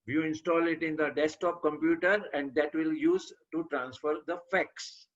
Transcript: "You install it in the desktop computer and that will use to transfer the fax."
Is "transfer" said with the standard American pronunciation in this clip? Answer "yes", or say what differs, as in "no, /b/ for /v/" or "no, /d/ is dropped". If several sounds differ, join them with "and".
yes